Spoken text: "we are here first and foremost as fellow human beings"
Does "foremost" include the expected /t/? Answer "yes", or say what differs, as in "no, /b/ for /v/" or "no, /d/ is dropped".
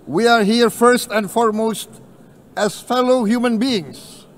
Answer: yes